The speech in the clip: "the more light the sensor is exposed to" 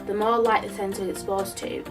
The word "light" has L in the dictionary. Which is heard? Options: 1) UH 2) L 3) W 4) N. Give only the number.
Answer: 2